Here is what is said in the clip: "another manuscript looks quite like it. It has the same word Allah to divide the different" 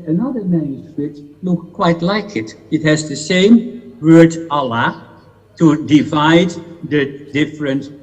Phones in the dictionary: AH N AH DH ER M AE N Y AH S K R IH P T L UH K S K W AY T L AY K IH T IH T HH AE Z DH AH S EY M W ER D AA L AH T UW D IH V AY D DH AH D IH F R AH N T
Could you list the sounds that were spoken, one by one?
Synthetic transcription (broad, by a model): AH N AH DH ER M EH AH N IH T L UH K K W AY T L AY K IH T IH T HH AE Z DH AH S EY M W ER D AA L AH T UW D IH V AY D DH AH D IH F R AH N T